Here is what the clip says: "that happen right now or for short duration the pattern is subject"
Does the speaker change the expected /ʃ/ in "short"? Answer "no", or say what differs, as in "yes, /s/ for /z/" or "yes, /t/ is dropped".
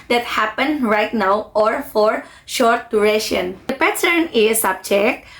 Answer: no